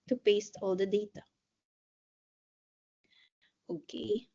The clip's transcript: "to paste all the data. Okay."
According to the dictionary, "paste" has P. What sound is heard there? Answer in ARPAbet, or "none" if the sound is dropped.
P